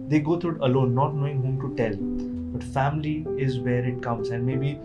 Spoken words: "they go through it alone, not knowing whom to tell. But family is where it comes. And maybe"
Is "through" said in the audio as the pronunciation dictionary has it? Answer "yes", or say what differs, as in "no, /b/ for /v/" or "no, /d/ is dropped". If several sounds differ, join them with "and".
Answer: no, /t/ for /θ/